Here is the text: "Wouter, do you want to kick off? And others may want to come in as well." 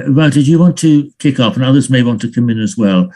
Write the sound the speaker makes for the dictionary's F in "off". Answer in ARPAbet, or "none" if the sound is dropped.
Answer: P